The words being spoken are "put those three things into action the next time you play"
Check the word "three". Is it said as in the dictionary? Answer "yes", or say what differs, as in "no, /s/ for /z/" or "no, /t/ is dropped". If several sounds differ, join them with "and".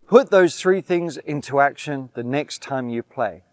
yes